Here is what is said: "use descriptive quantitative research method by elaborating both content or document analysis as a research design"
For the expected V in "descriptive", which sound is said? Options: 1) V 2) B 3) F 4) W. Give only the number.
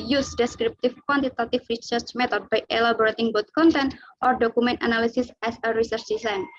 3